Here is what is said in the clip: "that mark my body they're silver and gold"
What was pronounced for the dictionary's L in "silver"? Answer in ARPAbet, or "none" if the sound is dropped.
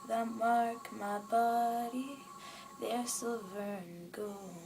none